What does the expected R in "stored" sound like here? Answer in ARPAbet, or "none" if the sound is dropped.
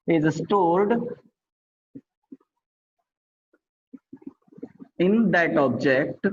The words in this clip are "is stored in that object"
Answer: L